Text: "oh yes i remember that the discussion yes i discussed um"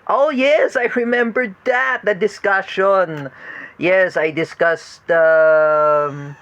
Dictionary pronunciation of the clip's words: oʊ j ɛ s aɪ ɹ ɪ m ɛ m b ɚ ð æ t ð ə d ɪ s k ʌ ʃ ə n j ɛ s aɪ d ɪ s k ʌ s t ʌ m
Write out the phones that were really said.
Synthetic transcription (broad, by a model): oʊ j ɛ s aɪ ɹ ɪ m ɛ m b ɚ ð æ t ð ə d ɪ s k ʌ ʃ ə n j ɛ s aɪ d ɪ s k ʌ s t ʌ m